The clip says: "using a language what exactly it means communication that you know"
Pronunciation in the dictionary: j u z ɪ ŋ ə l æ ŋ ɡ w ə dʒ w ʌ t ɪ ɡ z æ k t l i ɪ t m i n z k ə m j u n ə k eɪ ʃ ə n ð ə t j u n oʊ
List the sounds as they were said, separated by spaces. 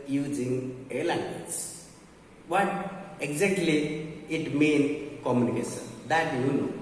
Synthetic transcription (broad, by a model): j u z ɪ ŋ ə l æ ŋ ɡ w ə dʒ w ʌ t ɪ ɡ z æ k t l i ɪ t m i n k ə m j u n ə k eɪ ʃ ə n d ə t j u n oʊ